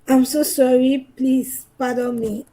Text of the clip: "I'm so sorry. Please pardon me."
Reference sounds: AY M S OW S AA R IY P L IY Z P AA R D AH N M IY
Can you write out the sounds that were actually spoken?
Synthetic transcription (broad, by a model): AY M S OW S AA R IY P L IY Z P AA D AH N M IY